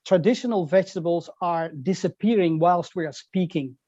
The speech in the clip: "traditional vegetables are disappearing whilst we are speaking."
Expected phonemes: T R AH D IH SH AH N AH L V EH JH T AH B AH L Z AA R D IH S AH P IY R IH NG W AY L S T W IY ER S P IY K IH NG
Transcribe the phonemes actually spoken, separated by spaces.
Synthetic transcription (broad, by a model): T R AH D IH SH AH N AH L V EH JH T AH B AH L Z AA R D IH S AH P IY R IH NG W AY L S T W IY ER S P IY K IH NG